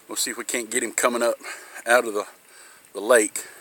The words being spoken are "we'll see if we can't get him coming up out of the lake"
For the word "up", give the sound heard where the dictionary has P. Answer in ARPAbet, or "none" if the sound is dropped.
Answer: P